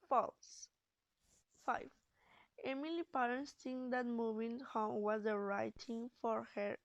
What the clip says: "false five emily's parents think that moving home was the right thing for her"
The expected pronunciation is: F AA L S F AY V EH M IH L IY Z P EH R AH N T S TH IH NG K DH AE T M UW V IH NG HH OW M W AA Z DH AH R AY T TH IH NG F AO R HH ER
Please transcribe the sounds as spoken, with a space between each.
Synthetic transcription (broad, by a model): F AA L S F AY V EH M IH L IY P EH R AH N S T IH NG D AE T M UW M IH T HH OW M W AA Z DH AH R AY T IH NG F AO R HH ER